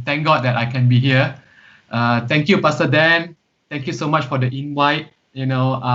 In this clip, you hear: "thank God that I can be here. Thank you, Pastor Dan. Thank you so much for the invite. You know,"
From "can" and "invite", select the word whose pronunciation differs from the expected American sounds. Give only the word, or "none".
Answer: invite